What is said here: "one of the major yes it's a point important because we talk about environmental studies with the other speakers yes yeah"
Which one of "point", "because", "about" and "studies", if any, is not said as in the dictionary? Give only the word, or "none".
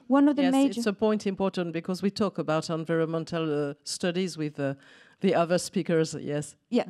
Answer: none